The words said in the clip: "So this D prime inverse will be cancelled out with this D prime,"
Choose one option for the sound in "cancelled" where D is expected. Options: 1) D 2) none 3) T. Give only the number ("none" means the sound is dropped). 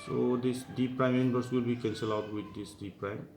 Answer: 2